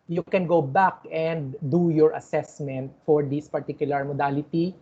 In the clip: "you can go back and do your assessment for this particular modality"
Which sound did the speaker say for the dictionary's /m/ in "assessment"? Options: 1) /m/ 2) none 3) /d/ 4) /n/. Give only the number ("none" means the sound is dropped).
1